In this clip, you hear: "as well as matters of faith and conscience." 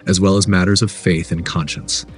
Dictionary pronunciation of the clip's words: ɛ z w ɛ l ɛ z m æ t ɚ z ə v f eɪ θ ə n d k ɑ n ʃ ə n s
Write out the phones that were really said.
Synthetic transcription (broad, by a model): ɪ z w ɛ l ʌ z m æ t ɚ z ə v f eɪ θ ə n k ɑ n ʃ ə n s